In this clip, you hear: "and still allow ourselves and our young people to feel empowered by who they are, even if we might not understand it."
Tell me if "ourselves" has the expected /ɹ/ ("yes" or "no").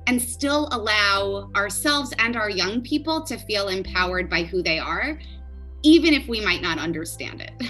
yes